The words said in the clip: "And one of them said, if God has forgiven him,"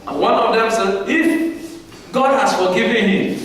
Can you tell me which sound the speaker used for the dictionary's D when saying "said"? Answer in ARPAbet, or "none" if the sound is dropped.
none